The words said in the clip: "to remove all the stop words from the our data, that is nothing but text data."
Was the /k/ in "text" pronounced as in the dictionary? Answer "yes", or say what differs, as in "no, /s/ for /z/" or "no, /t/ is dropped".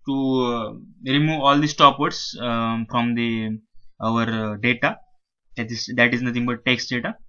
yes